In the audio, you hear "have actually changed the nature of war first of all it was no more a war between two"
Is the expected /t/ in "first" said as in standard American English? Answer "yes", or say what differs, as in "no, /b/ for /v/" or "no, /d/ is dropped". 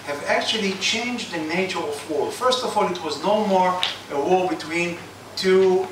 yes